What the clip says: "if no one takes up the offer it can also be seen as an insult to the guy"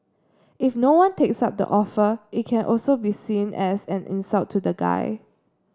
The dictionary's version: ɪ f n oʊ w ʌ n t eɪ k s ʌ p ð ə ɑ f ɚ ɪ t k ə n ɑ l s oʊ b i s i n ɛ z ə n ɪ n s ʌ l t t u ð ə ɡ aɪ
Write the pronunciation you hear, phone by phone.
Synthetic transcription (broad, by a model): ɪ f n oʊ w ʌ n t eɪ k s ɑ p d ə ɑ f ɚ ɪ t k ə n ɑ l s oʊ b i s i n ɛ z ə n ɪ n s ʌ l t t u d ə ɡ aɪ